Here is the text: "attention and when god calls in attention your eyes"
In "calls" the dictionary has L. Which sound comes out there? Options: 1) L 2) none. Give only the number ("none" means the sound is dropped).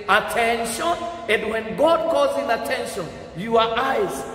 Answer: 2